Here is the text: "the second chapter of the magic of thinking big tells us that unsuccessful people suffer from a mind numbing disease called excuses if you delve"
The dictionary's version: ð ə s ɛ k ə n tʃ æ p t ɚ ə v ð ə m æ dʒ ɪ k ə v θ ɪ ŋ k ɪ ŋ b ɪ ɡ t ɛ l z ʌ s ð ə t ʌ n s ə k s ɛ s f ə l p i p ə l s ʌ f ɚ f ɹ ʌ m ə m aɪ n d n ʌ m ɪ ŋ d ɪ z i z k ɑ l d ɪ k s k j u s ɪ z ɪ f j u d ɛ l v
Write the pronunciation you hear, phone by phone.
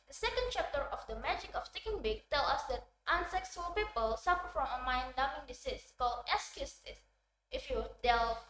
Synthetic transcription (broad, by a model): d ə s ɛ k ə n tʃ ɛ p t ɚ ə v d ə m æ dʒ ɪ k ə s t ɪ k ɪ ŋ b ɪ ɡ t ɛ l ʌ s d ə t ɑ n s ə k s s ə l p i p ə l s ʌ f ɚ f ɹ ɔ m ə m aɪ n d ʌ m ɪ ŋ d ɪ s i s k ɑ l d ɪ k s k j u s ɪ s ɪ f j u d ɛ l